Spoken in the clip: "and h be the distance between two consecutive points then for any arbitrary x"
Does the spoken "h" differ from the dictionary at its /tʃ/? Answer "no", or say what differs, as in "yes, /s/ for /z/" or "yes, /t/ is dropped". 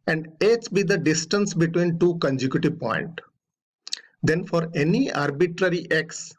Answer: yes, /s/ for /tʃ/